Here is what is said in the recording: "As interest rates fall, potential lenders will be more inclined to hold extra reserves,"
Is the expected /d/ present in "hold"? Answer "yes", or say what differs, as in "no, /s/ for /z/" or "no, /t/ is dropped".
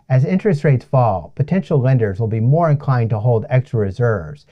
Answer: yes